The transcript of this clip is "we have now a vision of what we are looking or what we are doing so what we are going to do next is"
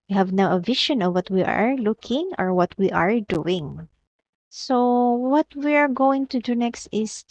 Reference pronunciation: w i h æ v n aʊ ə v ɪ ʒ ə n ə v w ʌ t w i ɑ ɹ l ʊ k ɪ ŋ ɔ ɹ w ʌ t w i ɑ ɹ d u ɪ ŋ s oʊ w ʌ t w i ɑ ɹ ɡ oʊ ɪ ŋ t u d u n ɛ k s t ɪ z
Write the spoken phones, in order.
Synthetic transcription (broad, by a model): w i h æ v n aʊ ə v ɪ ʃ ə n ə v w ʌ t w i ɑ ɹ l ʊ k ɪ ŋ ɔ ɹ w ʌ t w i ɑ ɹ d u ɪ ŋ s oʊ w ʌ t w i ɑ ɹ ɡ oʊ ɪ ŋ t u d u n ɛ k s t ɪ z